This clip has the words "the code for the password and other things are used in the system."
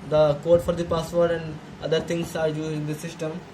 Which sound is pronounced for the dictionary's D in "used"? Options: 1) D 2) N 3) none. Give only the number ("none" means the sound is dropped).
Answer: 3